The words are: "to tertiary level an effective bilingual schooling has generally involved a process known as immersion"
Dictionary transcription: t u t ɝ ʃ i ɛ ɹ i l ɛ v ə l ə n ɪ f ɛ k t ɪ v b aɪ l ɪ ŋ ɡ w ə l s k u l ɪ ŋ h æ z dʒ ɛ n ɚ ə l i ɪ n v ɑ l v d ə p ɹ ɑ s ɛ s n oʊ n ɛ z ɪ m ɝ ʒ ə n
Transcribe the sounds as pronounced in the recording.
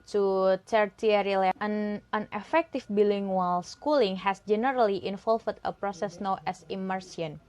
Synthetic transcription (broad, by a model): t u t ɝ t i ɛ ɹ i l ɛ ə n ə n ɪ f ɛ k t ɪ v b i l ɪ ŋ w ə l s k u l ɪ ŋ h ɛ s dʒ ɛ n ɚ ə l i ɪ n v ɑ l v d ə p ɹ ɑ s ɛ s n oʊ n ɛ s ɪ m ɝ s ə n